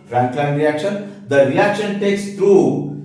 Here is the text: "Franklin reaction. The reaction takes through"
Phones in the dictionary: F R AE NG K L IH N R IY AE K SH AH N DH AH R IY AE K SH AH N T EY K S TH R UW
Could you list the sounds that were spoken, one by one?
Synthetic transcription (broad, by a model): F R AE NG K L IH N R IY AE K SH AH N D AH R IY AE K SH AH N T EY K S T R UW